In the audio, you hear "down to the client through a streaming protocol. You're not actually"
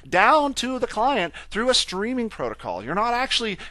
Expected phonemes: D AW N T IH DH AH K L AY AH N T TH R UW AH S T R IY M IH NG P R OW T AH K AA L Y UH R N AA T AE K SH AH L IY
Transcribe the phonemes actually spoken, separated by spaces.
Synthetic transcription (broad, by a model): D AW N T IH DH AH K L AY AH N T TH R UW AH S T R IY M IH NG P R OW T AH K AA L Y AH R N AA T AE K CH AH L IY